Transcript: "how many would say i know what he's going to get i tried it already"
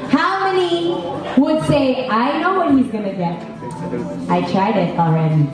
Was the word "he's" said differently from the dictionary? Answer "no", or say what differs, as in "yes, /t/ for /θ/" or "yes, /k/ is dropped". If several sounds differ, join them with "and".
no